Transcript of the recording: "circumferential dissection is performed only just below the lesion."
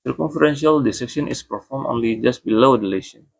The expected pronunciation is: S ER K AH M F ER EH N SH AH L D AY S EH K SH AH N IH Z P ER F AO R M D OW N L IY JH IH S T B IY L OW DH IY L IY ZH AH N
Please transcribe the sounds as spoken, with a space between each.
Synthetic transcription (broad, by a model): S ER K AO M F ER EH N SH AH L D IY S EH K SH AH N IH S P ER F AO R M OW N L IY JH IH S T B IY L OW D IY L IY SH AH N